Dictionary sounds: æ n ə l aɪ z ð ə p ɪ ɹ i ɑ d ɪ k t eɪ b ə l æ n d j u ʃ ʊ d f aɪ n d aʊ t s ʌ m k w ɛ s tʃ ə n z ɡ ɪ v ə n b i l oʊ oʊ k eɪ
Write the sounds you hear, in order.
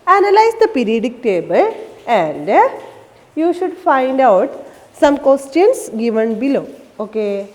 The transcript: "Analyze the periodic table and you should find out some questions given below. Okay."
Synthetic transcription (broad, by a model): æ n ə l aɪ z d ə p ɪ ɹ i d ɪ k t eɪ b ə l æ n d j u ʃ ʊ d f aɪ n d aʊ t s ʌ m k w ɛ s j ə n s ɡ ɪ v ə n b i l oʊ oʊ k eɪ